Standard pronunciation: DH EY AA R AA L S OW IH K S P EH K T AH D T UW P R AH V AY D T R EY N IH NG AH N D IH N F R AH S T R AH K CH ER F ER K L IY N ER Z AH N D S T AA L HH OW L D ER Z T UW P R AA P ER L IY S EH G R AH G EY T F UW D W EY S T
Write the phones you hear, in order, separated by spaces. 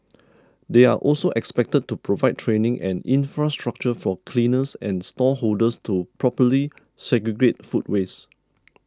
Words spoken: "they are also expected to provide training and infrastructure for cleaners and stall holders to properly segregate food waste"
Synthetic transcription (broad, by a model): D EY AA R AA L S OW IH K S P EH K T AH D T UW P R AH V AY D T R EY N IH NG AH N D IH N F R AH S T R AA K CH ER F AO K L IY N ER S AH N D S T AA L HH OW L D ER S T UW P R AA P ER L IY S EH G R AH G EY T F UW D W EY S